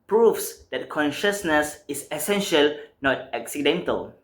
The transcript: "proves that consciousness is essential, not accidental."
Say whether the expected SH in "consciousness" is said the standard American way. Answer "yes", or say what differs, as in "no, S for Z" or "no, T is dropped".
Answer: yes